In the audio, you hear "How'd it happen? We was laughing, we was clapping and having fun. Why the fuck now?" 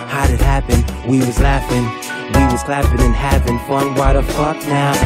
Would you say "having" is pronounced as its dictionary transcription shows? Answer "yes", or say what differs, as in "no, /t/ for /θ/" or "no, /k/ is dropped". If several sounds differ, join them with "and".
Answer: no, /p/ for /v/